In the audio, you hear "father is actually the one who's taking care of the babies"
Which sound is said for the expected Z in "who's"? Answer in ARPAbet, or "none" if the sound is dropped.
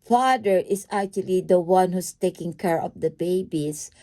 S